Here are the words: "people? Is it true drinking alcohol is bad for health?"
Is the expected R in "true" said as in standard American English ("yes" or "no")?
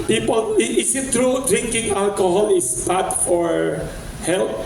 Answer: yes